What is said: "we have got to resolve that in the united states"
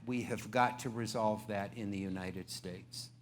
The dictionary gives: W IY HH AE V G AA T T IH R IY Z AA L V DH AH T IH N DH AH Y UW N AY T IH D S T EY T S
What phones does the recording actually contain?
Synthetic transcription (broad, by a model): W IY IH V G AA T T IH R IY Z AA L V DH AH T IH N DH AH Y UW N AY T IH D S T EY T S